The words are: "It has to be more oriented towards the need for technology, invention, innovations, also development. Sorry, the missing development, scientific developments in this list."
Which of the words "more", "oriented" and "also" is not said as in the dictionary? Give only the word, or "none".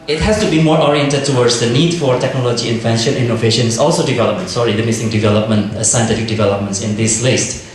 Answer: none